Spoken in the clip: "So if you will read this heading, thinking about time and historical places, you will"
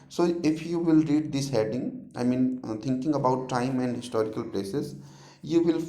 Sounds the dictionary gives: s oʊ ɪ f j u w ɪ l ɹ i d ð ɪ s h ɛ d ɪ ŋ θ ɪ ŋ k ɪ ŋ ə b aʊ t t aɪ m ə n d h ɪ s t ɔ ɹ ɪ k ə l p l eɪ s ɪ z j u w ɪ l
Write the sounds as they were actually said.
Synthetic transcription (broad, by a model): s oʊ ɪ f j u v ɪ l ɹ i d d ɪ s h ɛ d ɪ ŋ t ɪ ŋ k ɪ ŋ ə b aʊ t t aɪ m ə n d h ɪ s t ɔ ɹ ɪ k ə l p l eɪ s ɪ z j u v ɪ l